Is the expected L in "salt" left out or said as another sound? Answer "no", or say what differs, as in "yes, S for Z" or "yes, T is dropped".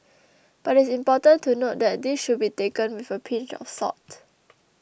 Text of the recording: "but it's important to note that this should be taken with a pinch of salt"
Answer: yes, L is dropped